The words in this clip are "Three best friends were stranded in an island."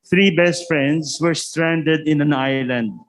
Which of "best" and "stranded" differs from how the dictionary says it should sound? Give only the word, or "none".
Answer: none